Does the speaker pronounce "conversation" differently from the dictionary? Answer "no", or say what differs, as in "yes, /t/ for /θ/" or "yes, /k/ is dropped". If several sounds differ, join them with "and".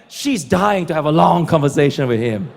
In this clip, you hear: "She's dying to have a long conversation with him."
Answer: no